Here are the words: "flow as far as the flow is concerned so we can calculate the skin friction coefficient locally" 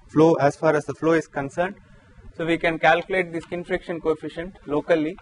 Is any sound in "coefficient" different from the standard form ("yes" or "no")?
no